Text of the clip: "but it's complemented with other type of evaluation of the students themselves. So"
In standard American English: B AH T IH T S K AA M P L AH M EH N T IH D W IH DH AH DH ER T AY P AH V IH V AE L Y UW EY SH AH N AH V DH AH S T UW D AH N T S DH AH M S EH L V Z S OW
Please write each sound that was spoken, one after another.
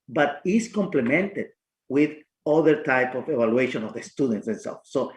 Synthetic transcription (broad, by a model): B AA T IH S K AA M P L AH M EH N T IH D W IH DH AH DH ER T AY P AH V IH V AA L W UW EY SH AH N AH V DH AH S T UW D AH N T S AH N S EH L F S OW